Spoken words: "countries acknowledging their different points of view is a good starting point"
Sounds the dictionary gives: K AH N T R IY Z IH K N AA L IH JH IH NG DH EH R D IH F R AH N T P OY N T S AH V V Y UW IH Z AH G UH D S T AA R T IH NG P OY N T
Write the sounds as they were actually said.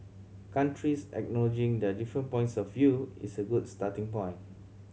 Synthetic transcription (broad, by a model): K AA N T R IY S IH K N AA L IH JH IH NG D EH D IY F R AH N P OY N T S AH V V Y UW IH S AH G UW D S T AA T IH NG P OY N